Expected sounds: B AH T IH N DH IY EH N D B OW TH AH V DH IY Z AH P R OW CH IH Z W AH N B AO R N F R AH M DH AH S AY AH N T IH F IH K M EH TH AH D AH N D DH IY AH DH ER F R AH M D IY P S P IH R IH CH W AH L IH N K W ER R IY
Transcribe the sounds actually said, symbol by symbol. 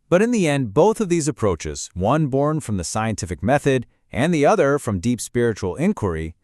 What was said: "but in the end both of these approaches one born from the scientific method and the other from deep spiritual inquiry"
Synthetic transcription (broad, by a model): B AH T IH N DH IY EH N D B OW TH AH V DH IY Z AH P R OW CH IH Z W AH N B AO R N F R AH M DH AH S AY AH N T IH F IH K M EH TH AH D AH N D DH IY AH DH ER F R AH M D IY P S P IH R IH CH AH L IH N K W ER R IY